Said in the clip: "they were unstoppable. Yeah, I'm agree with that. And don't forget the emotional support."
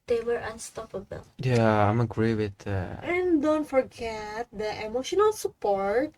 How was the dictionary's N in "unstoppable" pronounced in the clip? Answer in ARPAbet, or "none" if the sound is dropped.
N